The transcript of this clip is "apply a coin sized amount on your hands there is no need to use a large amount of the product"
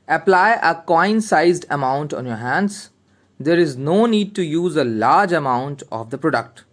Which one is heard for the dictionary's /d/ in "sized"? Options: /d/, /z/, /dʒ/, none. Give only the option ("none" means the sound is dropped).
/d/